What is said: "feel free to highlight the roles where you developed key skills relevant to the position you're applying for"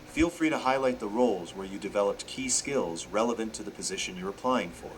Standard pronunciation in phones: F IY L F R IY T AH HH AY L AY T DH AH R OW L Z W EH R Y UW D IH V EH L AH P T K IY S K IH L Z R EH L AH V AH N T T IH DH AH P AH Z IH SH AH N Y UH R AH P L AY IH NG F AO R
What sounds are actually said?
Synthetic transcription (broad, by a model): F IY L F R IY T AH HH AY L AY T DH AH R OW L Z W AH R Y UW D IH V EH L AH P T K IY S K IH L Z R EH L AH V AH N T T IH DH AH P AH Z IH SH AH N Y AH R AH P L AY IH NG F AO R